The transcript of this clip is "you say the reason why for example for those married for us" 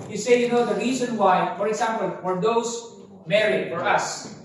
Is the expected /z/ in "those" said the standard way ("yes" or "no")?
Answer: no